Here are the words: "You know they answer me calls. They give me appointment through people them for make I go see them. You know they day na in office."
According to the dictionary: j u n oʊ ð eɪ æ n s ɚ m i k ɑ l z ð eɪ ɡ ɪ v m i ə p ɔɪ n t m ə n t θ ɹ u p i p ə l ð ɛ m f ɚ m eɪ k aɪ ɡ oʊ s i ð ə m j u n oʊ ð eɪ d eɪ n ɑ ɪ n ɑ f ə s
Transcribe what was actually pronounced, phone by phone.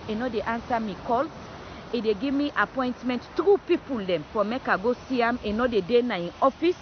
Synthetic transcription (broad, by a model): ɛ n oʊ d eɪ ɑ n s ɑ m i k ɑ l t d eɪ ɡ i v m i ə p ɔɪ n t m ə n t t ɹ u p i p ə l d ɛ m f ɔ m eɪ k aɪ ɡ oʊ s i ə m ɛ n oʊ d eɪ d eɪ n ɑ ɪ n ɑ f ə s